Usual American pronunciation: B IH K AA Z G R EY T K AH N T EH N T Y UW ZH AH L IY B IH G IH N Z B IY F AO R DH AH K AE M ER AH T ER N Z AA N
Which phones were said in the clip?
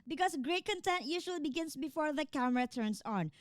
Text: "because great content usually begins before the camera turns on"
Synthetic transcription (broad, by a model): B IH K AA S G R EY T K AH N T EH N T Y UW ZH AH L IY B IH G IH N S B IY F AO R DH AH K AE M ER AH T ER N S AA N